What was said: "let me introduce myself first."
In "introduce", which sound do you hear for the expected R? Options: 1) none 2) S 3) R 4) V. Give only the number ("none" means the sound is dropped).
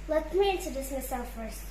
1